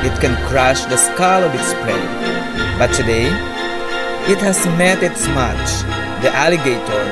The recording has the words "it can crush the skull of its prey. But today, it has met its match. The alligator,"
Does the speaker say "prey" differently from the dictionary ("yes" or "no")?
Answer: yes